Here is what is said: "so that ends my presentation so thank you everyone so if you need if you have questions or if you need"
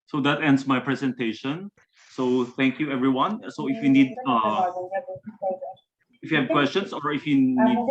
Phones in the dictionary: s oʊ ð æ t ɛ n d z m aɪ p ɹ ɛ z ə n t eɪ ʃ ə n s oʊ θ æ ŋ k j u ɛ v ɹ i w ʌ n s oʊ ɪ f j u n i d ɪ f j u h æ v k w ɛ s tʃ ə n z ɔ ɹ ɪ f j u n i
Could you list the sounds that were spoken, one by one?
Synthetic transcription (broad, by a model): s oʊ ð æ t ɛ n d s m aɪ p ɹ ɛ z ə n t eɪ ʃ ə n s oʊ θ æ ŋ k j u ɛ v ɹ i w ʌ n s oʊ ɪ f j u n i d ɪ f j u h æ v k w ɛ s tʃ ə n s ɔ ɹ ɪ f j u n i